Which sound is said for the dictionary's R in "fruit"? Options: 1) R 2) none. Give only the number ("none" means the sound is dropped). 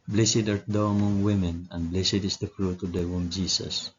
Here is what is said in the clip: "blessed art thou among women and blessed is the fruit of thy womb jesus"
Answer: 1